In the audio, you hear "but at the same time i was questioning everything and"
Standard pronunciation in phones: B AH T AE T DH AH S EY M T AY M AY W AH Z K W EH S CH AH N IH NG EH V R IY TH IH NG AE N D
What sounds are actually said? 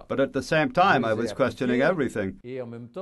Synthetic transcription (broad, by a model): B AH T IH T DH AH S EY M T AY M AY W AH Z K W EH S CH AH N IH NG EH V R IY TH IH NG